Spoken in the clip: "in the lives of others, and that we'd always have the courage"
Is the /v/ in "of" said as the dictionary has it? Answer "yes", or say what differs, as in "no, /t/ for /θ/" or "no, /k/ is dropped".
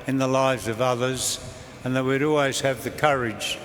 yes